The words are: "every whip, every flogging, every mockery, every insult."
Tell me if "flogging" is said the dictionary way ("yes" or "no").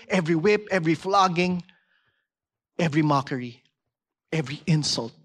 yes